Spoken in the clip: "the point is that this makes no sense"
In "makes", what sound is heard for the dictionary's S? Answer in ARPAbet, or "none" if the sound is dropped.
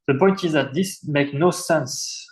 none